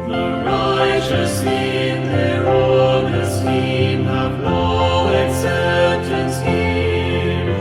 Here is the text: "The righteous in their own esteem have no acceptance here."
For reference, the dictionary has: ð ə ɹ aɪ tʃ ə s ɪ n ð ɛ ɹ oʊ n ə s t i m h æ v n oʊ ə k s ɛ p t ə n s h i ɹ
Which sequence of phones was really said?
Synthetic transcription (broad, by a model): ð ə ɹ aɪ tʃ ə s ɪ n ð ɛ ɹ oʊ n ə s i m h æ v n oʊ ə s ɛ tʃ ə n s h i